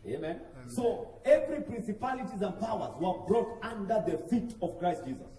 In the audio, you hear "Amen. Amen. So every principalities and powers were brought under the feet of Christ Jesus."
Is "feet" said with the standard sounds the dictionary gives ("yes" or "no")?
yes